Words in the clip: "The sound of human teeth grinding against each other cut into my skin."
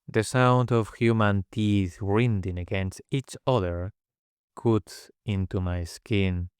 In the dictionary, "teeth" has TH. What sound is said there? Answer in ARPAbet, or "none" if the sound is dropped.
TH